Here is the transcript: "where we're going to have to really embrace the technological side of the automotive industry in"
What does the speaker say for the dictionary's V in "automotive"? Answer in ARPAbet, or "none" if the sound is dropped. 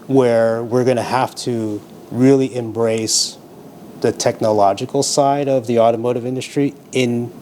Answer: V